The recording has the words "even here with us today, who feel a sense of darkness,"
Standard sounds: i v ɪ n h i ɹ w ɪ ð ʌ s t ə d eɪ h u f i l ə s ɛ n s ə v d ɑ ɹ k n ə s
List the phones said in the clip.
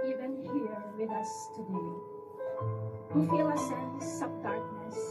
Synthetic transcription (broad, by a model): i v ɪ n h i ɹ w ɪ ð ʌ s t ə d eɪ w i f i l ə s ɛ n s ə b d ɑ ɹ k n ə s